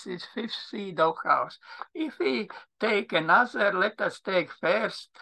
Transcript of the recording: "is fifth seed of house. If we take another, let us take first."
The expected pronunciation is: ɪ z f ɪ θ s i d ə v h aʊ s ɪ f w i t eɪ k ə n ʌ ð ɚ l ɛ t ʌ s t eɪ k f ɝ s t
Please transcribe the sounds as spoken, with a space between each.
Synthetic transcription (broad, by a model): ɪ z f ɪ f s i d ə w h aʊ s ɪ f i t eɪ k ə n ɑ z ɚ l ɛ t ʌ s t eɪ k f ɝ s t